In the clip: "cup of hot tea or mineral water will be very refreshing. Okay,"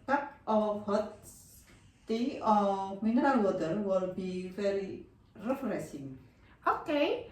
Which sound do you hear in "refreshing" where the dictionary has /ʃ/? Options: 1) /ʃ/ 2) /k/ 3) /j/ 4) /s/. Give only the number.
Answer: 4